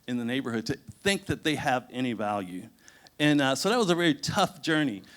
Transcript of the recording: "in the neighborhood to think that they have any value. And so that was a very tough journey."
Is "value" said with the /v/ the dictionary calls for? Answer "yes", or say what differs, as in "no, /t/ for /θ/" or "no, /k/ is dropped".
yes